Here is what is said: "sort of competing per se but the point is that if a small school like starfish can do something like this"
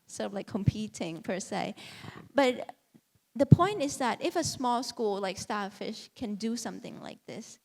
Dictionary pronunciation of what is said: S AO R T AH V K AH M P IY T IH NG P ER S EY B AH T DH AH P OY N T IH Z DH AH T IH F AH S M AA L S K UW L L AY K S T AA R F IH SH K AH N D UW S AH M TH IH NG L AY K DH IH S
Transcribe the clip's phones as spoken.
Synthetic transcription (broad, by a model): S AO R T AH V K AH M P IY T IH NG P ER S EY B AH T DH AH P OY N T IH Z DH AH T IH F AH S M AA L S K UW L L AY K S T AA F IH SH K AH N D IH S AH M TH IH NG L AY K DH IH S